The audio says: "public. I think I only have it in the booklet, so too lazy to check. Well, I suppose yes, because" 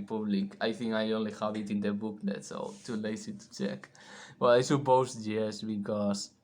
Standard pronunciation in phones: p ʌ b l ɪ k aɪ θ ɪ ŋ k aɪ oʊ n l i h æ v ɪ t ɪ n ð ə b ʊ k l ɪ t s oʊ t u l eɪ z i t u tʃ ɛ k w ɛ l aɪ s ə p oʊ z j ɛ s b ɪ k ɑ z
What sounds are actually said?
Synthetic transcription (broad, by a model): p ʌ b l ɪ k aɪ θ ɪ ŋ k aɪ oʊ n l i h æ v ɪ t ɪ n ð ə b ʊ k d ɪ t s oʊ t u l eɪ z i t u tʃ ɛ k w ɛ l aɪ s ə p oʊ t j ɛ s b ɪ k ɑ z